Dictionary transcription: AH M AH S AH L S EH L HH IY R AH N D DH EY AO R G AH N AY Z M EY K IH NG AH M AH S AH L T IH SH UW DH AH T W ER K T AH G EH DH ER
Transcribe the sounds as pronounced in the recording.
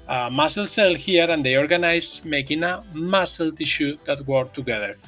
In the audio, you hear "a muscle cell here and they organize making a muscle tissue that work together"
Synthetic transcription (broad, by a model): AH M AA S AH L S EH L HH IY R AH N D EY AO R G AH N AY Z M EY K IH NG AH M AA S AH L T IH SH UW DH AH T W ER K T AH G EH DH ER